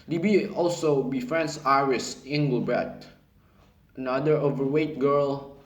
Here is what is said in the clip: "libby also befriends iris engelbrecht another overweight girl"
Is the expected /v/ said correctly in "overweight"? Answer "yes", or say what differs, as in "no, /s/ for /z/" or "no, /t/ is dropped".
yes